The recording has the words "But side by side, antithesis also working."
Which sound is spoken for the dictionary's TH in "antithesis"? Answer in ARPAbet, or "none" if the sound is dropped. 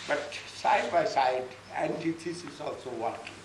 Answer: T